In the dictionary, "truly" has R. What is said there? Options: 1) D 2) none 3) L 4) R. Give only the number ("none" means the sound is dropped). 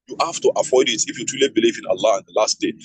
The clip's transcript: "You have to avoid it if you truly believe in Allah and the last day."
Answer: 2